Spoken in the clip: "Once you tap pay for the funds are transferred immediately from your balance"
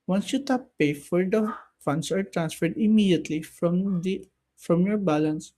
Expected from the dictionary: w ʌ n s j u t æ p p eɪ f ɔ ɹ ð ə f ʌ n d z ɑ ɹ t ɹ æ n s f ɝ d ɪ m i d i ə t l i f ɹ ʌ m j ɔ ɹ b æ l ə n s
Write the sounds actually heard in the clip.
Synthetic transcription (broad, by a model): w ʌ n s j u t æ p p eɪ f ɔ ɹ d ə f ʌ n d s ɑ ɹ t ɹ æ n s f ɝ d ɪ m i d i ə t l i f ɹ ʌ m j ɔ ɹ b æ l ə n s